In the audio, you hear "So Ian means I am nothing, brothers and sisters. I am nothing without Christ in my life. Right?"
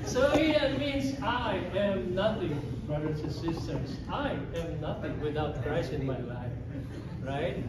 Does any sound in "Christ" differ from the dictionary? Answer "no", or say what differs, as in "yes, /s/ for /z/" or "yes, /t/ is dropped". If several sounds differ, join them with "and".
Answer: yes, /t/ is dropped